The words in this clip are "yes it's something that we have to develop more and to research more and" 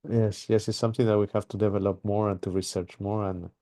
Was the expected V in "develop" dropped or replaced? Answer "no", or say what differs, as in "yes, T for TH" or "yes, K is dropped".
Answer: no